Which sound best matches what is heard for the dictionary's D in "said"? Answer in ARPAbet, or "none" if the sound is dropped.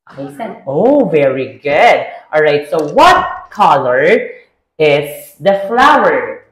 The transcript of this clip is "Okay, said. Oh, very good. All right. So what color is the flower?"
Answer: none